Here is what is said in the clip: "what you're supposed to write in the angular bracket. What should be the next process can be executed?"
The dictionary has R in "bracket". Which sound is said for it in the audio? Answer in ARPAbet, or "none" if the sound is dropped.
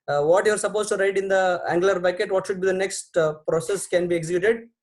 none